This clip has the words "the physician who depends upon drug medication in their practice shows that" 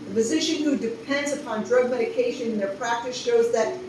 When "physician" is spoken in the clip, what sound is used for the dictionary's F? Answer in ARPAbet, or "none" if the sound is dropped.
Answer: P